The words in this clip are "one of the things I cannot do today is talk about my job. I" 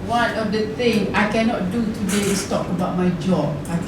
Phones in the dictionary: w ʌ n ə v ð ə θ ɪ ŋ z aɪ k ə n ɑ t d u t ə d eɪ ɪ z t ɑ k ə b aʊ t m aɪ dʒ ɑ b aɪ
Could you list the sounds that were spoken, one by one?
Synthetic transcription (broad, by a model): w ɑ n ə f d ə t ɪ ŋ aɪ k ə n ɑ t d u t ə d eɪ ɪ s t ɑ k ə b aʊ t m aɪ dʒ ɑ b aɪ